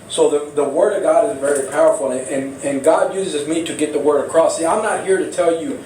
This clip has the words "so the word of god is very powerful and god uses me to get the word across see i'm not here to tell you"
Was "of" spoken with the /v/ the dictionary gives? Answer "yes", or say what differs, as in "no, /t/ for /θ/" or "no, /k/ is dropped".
yes